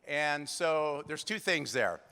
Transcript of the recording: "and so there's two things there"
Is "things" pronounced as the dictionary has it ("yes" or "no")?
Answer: yes